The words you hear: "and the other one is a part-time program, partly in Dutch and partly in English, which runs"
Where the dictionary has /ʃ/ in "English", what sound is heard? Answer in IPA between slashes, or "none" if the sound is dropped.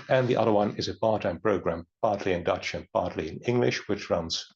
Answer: /ʃ/